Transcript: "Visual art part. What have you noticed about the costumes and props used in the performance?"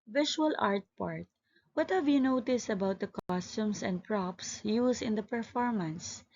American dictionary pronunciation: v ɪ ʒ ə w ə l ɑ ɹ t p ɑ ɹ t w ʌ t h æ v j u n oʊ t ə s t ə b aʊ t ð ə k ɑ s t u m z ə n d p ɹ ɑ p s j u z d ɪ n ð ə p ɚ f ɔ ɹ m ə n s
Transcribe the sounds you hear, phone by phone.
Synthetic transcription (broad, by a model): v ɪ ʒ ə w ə l ɑ ɹ t p ɑ ɹ t w ʌ t h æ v j u n oʊ t ə s t ə b aʊ t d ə k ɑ s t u m s ə n d p ɹ ɑ p s j u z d ɪ n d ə p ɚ f ɔ ɹ m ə n s